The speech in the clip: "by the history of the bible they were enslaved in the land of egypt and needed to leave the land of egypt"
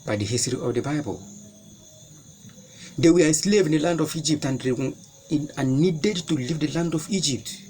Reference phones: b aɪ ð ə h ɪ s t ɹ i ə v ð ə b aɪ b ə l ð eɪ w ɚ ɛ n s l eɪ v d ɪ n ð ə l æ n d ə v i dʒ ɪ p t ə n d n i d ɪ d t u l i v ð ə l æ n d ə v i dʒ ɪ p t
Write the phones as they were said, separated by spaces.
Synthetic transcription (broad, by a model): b aɪ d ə h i s t ɹ i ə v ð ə b aɪ b ə l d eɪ w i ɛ s l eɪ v ɪ n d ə l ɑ n d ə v i dʒ ɪ p t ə n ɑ n i d ɪ d t u l i v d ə l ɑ n d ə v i dʒ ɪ p t